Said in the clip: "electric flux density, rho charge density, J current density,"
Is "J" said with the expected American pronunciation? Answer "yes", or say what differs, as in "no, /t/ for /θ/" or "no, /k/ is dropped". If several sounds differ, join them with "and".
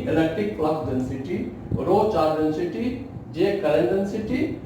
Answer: yes